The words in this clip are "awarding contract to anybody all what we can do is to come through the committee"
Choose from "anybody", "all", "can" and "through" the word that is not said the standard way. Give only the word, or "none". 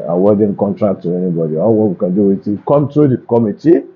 through